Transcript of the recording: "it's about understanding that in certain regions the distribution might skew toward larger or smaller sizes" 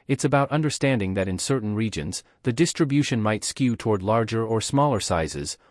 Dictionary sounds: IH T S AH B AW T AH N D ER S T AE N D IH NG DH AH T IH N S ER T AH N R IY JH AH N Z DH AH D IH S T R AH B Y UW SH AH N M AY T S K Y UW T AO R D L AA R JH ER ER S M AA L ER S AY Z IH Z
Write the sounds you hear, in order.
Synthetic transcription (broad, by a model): IH T S AH B AW T AH N D ER S T AE N D IH NG DH AH T IH N S ER T N R IY JH AH N Z DH AH D IH S T R AH B Y UW SH AH N M AY T S K Y UW T AO R D L AA R JH ER ER S M AA L ER S AY Z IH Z